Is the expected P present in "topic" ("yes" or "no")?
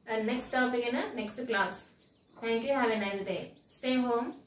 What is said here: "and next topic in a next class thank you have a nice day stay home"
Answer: no